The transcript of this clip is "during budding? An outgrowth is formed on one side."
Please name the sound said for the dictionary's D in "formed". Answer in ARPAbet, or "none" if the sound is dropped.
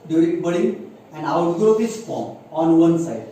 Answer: none